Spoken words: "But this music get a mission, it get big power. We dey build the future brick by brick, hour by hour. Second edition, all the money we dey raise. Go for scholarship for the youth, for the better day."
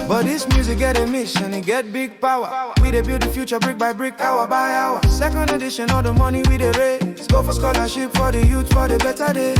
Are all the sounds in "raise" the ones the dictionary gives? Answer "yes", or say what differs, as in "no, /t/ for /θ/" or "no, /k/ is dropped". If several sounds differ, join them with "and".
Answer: no, /s/ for /z/